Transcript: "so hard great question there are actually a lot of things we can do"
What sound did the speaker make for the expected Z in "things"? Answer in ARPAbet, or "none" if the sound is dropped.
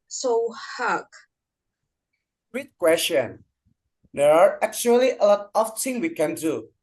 none